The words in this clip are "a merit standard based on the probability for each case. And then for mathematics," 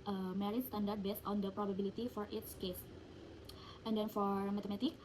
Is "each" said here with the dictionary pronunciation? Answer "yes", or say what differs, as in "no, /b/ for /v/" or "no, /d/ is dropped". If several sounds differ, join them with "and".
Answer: no, /s/ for /tʃ/